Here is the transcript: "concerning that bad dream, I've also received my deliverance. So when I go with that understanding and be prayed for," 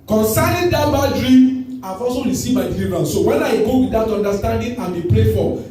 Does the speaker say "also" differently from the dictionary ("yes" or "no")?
yes